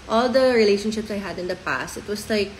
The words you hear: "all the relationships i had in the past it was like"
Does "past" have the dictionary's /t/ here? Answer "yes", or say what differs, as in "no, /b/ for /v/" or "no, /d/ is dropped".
yes